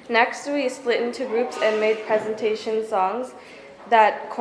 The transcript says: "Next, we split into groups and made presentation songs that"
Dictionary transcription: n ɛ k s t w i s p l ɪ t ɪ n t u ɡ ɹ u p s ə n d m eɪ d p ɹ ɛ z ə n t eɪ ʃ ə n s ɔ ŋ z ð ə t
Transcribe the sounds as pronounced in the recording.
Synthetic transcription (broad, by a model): n ɛ k s t w i s p l ɪ t ɪ n t u ɡ ɹ u p s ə n m eɪ d p ɹ ɛ z ə n t eɪ ʃ ə n s ɔ ŋ z ð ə t